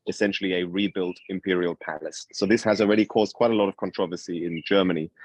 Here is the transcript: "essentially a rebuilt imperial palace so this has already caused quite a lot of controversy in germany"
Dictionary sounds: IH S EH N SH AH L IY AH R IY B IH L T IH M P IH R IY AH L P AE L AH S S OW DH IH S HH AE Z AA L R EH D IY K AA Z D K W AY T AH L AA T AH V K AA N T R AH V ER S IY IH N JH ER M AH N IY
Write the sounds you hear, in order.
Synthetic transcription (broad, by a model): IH S EH N SH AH L IY AH R IY B IH L T IH M P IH R IY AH L P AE L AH S S OW DH IH S HH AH Z AA L R EH D IY K AA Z K W AY T AH L AA T AH V K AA N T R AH V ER S IY IH N JH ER M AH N IY